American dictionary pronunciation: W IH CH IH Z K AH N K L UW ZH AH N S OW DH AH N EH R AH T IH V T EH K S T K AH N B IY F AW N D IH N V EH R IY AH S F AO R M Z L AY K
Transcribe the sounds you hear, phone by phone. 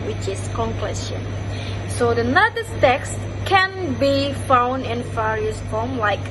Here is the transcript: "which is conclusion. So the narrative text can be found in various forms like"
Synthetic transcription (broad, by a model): W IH CH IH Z K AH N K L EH S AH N S OW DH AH N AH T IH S T EH K S T K AH N B IY F AW N D IH N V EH R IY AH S F AO M L AY K